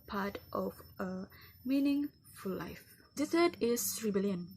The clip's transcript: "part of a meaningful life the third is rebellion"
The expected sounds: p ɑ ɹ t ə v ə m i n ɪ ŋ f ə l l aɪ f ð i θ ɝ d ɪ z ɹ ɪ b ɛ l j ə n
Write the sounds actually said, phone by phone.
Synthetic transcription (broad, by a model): p ɑ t t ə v ə m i n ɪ ŋ f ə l l aɪ f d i s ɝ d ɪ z ɹ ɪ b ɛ l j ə n